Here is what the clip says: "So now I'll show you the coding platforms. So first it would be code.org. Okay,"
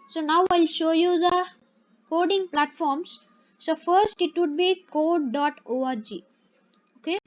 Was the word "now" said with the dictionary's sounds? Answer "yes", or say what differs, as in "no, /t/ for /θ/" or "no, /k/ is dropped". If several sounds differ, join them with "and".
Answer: yes